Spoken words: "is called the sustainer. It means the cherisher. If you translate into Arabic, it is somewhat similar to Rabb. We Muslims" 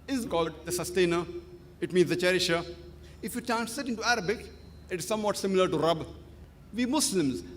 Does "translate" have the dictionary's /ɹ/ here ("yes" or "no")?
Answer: no